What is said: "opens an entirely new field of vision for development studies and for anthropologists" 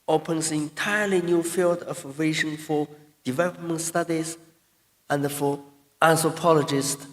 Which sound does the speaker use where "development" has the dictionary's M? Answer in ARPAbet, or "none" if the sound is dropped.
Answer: M